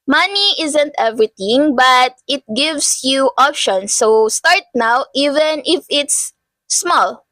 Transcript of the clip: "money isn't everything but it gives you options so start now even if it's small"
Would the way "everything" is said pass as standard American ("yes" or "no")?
no